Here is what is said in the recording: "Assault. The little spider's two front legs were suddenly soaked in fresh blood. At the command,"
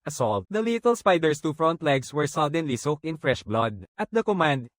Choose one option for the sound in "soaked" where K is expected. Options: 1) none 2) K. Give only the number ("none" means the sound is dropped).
2